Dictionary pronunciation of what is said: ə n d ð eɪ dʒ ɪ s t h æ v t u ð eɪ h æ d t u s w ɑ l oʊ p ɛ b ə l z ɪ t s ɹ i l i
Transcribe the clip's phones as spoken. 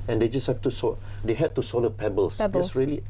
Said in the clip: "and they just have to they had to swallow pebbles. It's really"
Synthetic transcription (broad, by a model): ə n d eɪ dʒ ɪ s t h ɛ f t u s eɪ h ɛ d t u s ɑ l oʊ p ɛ b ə l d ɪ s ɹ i l i